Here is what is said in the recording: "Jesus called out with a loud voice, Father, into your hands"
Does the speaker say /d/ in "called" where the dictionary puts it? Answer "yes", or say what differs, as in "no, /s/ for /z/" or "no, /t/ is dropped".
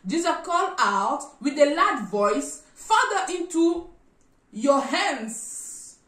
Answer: no, /d/ is dropped